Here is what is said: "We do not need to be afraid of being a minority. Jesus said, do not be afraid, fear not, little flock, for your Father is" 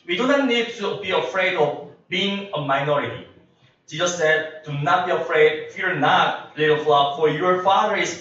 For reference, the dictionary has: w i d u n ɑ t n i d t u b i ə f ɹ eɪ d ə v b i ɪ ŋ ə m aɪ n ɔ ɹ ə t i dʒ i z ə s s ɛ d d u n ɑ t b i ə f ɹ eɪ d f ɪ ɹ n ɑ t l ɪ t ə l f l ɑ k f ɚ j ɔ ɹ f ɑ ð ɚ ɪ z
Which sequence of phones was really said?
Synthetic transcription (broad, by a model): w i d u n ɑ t n i d t u b i ə f ɹ eɪ d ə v b i ɪ ŋ ə m aɪ n ɔ ɹ ə t i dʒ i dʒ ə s s ɛ d d u n ɑ t b i ə f ɹ eɪ d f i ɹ n ɑ t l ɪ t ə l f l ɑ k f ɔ j ɔ ɹ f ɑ ɚ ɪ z